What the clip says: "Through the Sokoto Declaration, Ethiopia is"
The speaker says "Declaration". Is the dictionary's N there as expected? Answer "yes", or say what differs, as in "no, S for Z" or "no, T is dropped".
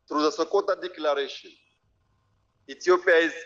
no, N is dropped